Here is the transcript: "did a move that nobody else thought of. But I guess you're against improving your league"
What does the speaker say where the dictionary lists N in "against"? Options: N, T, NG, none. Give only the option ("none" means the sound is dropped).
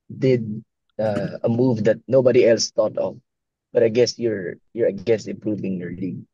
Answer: none